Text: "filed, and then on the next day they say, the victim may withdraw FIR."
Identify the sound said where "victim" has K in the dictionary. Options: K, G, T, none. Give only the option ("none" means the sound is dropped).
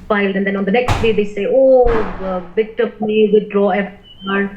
none